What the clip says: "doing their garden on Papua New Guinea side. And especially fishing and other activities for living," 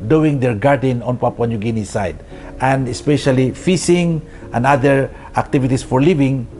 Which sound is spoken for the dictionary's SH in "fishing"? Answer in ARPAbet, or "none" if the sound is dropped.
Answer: S